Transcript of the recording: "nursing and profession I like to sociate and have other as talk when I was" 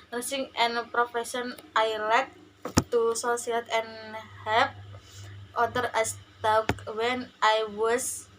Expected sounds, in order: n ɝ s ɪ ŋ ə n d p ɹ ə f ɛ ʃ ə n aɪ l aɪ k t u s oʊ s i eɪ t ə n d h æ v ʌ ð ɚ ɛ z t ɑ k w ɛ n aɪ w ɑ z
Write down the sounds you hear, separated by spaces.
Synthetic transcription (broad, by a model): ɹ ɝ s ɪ ŋ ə n p ɹ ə f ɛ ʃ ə n aɪ l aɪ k t u s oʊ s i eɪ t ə n h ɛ p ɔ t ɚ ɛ s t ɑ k w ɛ n aɪ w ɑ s